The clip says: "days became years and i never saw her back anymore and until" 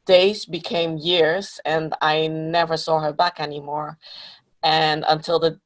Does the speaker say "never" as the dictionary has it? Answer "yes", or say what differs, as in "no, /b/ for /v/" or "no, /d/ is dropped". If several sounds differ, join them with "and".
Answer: yes